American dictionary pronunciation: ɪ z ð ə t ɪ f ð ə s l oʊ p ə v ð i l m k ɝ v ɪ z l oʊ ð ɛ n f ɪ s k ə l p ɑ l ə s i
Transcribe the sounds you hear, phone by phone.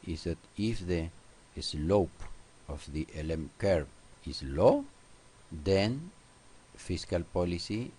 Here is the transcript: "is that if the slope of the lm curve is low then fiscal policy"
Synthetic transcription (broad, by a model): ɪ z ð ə t ɪ f ð ə s l oʊ p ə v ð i l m k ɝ p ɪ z l oʊ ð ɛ n f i s k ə l p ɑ l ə s i